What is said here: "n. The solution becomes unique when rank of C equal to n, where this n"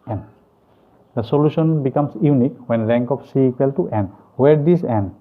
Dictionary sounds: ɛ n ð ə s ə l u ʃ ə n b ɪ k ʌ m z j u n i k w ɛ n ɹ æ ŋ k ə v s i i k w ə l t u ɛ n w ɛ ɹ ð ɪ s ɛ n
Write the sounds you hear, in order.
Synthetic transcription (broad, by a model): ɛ n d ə s ə l u ʃ ə n b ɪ k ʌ m s j u n i k w ɛ n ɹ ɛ ŋ k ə f s i i k w ə l t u ɛ n w ɛ ɹ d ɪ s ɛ n